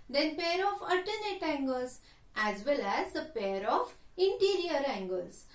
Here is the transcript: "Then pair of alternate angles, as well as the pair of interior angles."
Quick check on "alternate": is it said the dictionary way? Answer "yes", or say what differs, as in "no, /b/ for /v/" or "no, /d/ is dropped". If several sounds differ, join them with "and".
no, /l/ is dropped